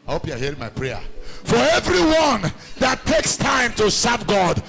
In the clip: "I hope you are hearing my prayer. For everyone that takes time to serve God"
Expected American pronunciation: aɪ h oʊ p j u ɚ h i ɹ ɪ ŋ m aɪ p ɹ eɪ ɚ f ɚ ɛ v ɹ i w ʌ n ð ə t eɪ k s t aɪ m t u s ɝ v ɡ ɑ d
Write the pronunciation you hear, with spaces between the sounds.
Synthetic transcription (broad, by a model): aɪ h oʊ p j u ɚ h i ɹ ɪ ŋ m aɪ p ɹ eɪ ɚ f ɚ ɛ v ɹ i w ʌ n ð ə t eɪ k s t aɪ m t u s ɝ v ɡ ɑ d